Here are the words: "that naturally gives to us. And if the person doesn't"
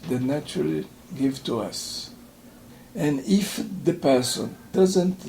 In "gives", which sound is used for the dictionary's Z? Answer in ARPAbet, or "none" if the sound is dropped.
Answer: none